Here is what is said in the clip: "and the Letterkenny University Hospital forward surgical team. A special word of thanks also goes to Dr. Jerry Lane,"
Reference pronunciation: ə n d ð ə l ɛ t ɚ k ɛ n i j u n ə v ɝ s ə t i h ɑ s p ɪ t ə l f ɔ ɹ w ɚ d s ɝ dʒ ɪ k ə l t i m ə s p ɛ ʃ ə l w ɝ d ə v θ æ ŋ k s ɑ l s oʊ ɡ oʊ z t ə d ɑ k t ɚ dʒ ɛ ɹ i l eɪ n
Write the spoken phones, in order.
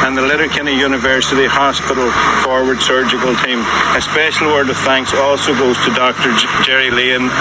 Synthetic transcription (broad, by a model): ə n ð ə l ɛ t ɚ k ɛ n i j u n ə v ɝ s ə t i h ɑ s p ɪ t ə l f ɔ ɹ w ɚ d s ɝ dʒ ɪ k ə l t i m ə s p ɛ ʃ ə l w ɝ d ə v θ æ ŋ k s ɑ l s oʊ ɡ oʊ z t ə d ɑ k t ɚ dʒ ɛ ɹ i l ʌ n